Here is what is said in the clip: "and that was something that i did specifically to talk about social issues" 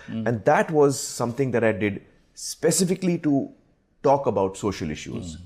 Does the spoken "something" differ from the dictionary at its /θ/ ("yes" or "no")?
yes